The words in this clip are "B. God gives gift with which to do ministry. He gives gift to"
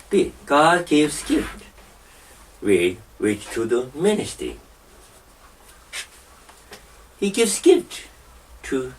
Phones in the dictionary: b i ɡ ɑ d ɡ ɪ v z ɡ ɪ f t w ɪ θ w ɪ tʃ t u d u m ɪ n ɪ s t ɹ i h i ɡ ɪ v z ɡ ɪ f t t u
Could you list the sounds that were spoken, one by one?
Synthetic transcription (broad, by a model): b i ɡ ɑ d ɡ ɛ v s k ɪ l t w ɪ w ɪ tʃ t u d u m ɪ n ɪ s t i h i ɡ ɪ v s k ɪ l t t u